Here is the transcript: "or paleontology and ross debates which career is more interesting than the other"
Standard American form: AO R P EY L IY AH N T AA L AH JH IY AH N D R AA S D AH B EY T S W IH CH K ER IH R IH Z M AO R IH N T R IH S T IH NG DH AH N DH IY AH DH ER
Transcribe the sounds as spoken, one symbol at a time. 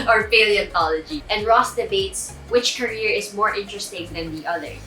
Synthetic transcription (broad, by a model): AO R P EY L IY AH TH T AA L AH JH IY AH N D R AA S D AH B EY T S W IH CH K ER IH R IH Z M AO R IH N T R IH S T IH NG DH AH N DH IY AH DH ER